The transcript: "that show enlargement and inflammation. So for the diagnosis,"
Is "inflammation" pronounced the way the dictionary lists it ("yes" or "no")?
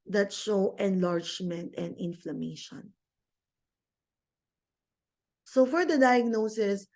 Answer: yes